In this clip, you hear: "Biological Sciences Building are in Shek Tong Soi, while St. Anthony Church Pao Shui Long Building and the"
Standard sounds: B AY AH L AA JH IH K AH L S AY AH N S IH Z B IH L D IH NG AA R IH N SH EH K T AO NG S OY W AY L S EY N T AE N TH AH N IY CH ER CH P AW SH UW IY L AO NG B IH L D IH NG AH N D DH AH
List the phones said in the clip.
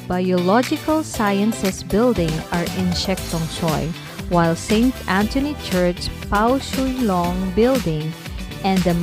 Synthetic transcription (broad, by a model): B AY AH L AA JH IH K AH L S AY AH N S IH S B IH L D IH NG AA R IH N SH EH K T AO NG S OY W AY L S EY N T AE N T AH N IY CH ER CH P AW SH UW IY L AO NG B IH L D IH NG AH N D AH